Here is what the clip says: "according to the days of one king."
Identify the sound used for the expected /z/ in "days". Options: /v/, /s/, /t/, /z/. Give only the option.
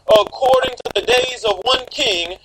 /z/